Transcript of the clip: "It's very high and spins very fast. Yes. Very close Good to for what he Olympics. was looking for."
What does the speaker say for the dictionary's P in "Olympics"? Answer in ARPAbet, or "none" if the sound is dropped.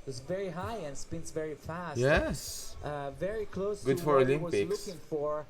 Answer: none